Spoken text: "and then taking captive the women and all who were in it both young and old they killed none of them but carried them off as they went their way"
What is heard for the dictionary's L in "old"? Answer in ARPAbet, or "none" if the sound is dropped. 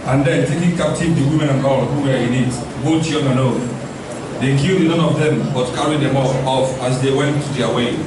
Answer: N